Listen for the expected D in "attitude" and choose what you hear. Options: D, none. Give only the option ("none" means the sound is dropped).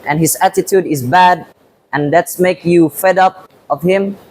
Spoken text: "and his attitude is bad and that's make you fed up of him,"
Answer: D